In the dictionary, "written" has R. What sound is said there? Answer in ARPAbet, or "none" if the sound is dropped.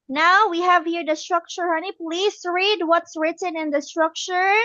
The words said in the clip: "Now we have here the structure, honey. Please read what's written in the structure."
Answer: R